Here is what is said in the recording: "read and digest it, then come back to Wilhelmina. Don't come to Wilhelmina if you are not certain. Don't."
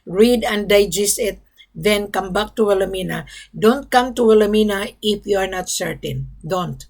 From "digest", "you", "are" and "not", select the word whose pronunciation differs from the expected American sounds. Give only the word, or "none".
digest